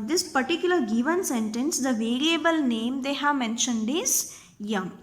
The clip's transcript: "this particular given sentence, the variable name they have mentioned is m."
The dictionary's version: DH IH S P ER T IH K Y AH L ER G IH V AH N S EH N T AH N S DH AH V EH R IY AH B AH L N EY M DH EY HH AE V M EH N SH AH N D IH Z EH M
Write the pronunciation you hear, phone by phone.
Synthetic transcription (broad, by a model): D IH S P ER T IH K Y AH L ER G IH V AH N S EH N T AH N S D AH V EH R IY AH B AH L N EY M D EY HH AE V M EH N SH AH N D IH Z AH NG